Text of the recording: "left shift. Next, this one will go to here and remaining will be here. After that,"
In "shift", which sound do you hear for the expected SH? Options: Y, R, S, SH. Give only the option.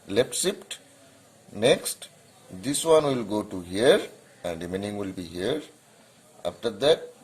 S